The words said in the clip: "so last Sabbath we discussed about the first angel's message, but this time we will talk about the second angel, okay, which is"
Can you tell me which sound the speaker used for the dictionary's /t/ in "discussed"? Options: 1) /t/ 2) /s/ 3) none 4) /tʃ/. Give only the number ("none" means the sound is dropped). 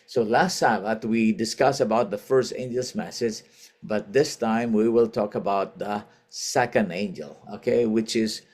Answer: 3